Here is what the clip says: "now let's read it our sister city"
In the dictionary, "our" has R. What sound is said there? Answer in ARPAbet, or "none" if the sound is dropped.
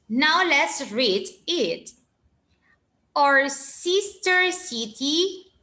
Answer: R